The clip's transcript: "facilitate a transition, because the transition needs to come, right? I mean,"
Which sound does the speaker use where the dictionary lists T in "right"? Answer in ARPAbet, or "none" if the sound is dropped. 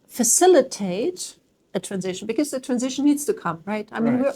T